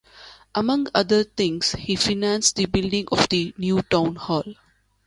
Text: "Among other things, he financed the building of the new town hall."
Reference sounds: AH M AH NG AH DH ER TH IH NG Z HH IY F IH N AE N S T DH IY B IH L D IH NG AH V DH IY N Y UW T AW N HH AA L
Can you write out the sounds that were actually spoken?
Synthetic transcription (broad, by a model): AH M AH NG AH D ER T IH NG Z HH IY F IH N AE N S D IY B IH L D IH NG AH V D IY N Y UW T AW N HH AA L